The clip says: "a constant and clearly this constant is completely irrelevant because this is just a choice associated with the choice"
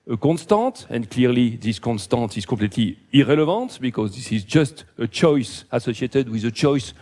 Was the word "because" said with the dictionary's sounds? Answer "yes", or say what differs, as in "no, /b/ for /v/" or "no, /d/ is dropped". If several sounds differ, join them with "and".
yes